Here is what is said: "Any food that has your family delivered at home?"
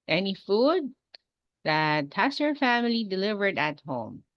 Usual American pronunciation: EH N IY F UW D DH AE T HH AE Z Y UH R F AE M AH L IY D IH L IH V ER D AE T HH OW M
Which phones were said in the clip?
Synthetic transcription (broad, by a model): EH N IY F UW D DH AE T HH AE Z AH R F AE M AH L IY D IH L IH V ER D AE T HH OW M